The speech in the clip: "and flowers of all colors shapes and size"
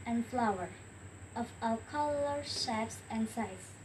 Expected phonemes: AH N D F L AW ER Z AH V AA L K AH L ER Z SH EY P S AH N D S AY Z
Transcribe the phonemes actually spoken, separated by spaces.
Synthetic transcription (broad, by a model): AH N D F L AW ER AH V AA L K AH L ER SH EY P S AH N D S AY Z